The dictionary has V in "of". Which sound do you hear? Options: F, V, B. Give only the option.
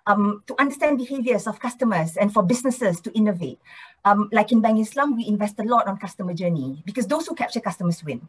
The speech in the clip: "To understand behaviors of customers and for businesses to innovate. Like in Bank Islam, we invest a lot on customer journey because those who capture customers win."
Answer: F